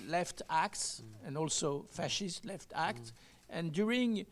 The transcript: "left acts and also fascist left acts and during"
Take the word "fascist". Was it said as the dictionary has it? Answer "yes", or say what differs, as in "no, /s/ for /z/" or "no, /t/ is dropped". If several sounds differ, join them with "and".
yes